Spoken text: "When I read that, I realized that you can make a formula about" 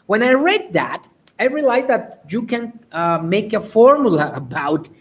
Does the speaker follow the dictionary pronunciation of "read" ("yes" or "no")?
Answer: yes